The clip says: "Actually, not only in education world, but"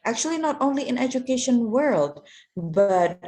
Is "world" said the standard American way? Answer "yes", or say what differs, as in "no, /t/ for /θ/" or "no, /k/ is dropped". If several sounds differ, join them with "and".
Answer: yes